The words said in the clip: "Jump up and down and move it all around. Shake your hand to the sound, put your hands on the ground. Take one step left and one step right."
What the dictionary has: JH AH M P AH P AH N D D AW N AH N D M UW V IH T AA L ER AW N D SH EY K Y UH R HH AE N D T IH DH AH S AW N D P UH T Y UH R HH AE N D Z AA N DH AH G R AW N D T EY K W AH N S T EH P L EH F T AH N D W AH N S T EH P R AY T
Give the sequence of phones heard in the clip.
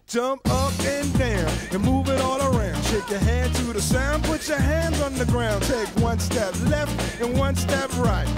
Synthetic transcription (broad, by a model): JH AH M P AH P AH N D D AW N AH N M UW V IH T AA L ER AW N D SH EY K Y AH R HH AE D T IH DH AH S AW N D P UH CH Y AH R HH AE N D Z N DH AH G R AW N D T EY K W AH N S T EH P L EH F T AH N W AH N S T EH P R AY T